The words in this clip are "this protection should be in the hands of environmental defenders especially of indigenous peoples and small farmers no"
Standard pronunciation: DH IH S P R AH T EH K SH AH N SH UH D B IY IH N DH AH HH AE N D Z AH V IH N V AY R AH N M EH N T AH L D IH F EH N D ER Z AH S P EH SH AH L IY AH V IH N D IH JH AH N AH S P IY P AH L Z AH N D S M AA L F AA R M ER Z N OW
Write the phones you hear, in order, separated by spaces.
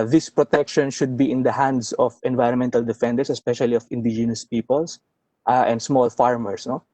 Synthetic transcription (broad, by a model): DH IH S P R AH T EH K SH AH N SH UH D B IY IH N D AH HH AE N D S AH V IH N V AY R AH N M EH N T AH L D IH F EH N D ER S AH S P EH SH AH L IY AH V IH N D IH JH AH N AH S P IY P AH L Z AH N D S M AA L F AA R M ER S N OW